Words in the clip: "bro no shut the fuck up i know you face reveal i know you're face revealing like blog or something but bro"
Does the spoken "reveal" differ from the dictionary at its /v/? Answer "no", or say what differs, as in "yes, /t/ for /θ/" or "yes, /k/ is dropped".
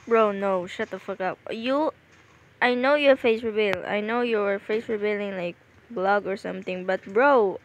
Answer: yes, /b/ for /v/